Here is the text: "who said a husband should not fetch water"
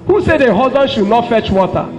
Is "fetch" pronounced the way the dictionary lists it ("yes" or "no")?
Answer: yes